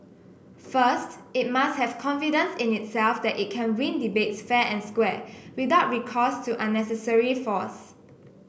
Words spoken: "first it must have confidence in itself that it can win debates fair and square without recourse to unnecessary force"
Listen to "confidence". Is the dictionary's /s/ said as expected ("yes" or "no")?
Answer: yes